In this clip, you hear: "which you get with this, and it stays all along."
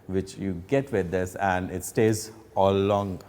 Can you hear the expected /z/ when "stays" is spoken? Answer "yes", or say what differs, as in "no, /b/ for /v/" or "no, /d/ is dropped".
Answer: yes